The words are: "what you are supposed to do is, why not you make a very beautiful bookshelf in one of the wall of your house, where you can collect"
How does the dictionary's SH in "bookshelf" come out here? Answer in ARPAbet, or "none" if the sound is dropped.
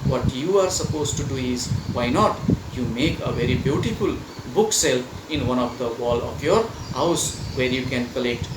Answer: S